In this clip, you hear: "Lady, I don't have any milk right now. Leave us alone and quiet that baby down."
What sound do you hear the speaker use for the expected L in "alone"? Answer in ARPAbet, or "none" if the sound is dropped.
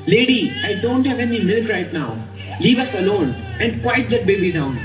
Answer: L